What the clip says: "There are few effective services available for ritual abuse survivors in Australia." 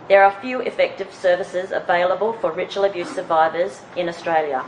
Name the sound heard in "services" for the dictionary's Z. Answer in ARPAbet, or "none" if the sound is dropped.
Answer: Z